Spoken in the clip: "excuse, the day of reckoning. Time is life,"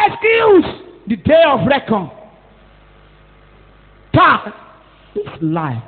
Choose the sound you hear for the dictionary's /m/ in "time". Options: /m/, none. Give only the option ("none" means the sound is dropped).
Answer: none